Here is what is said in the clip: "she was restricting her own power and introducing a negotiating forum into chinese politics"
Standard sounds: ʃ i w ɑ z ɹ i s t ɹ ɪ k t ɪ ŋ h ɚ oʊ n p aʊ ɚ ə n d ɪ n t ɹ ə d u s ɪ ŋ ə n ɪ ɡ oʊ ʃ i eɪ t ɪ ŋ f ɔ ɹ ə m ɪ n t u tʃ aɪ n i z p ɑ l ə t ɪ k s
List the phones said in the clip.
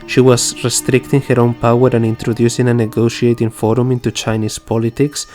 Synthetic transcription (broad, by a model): ʃ i w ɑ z ɹ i s t ɹ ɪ k t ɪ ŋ h ɚ oʊ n p aʊ ɚ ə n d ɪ n t ɹ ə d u s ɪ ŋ ə n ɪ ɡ oʊ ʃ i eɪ t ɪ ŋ f ɔ ɹ ə m ɪ n t u tʃ aɪ n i s p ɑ l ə t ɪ k s